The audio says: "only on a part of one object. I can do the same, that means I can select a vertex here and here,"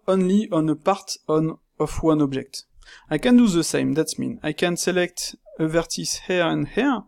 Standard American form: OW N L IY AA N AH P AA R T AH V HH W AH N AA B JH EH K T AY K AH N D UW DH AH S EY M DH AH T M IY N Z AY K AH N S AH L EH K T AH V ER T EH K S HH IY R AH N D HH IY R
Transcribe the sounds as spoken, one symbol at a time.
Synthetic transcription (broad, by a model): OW N L IY AA N AH P AA R T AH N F W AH N AA B JH EH K T AY K AH N D UW DH AH S EY M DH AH T M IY N AY K AH N S AH L EH K T AH V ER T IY S HH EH R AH N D HH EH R